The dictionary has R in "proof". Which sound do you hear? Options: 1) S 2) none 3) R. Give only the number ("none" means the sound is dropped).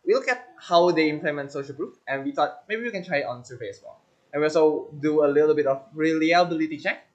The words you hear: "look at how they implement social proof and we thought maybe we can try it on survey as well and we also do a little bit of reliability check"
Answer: 3